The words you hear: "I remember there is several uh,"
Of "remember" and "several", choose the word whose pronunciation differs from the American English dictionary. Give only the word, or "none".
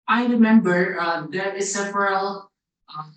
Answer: several